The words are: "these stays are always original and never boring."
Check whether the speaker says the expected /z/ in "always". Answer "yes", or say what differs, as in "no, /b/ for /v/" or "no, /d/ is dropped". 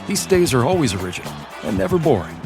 yes